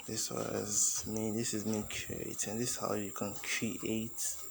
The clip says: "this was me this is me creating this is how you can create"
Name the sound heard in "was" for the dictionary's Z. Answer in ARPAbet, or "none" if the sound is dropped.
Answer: Z